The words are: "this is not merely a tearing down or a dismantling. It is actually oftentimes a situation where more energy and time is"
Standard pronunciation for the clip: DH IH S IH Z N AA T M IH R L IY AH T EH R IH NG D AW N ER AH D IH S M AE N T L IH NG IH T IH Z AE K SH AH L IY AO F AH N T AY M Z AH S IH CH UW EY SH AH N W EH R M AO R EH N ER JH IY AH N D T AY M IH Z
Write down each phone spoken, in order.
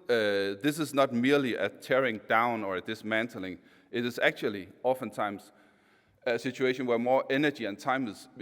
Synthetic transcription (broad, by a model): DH IH S IH Z N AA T M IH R L IY AH T EH R IH NG D AW N ER AH D IH S M AE N T L IH NG IH T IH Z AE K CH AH L IY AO F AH N T AY M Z AH S IH CH UW EY SH AH N W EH R M AO R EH N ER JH IY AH N T AY M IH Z